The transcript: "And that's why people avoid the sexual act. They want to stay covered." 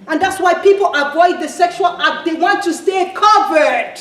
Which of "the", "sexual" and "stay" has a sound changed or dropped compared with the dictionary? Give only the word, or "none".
none